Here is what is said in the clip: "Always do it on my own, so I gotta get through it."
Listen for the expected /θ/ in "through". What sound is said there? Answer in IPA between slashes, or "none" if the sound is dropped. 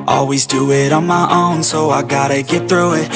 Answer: /θ/